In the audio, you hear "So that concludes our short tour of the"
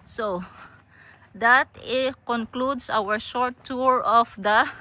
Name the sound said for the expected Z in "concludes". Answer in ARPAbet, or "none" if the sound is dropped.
S